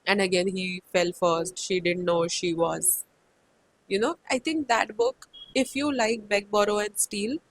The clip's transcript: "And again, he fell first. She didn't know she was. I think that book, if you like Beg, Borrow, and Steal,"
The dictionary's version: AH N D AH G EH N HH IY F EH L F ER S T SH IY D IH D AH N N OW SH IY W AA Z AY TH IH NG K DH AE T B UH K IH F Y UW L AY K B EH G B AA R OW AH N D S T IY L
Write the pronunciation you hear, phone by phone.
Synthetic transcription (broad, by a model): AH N D AH G EH N HH IY F EH L F ER S T SH IY D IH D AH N N OW SH IY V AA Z AY T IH NG K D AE T B UH K IH F Y UW L AY K B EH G B AA R OW AH N D S T IY L